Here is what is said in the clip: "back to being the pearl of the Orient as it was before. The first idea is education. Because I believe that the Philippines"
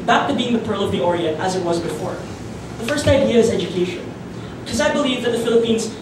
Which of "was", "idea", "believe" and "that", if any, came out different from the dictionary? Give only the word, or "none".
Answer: none